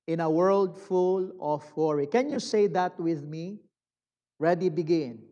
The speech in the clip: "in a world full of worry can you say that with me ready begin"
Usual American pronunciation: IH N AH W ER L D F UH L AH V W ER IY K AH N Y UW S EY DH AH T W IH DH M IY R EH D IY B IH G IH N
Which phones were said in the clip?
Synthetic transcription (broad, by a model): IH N AH W ER L D F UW L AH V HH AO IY K AH N Y UW S EY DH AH T W IH DH M IY R EH D IY B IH G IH N